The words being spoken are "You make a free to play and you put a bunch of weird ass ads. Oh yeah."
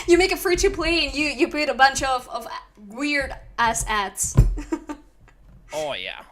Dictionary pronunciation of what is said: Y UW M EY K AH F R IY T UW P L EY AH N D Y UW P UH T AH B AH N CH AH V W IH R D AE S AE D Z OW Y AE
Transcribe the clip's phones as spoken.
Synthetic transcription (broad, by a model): Y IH M EY K AH F R IY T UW P L EY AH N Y Y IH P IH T AH B AH N CH AH V W IH R D AE S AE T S OW Y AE